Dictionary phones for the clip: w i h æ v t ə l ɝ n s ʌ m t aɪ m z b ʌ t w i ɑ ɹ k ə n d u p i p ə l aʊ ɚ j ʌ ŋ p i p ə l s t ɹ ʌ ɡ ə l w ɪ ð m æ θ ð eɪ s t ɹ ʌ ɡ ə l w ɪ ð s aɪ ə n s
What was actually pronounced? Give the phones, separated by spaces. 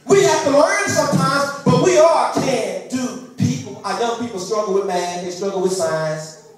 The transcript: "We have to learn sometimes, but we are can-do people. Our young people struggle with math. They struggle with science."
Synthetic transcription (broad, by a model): w i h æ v t ə l ɝ n s ʌ m t aɪ m z b ʌ t w i ɑ l k ə n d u p i p l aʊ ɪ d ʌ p i p l s t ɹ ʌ ɡ l w ɪ ð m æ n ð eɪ s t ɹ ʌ ɡ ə l w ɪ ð s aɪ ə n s